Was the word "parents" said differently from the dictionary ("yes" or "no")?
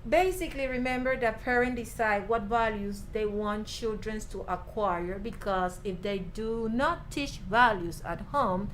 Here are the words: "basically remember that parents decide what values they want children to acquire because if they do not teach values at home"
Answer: yes